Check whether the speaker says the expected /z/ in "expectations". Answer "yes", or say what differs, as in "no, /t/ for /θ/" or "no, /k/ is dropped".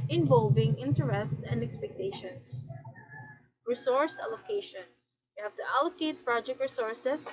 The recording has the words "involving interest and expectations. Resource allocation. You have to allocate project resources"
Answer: no, /s/ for /z/